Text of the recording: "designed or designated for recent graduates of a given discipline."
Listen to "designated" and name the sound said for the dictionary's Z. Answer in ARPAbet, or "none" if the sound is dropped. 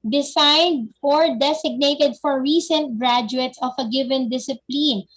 S